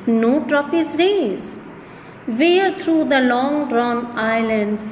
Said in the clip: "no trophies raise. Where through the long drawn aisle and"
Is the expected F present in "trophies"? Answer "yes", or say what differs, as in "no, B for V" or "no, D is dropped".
no, P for F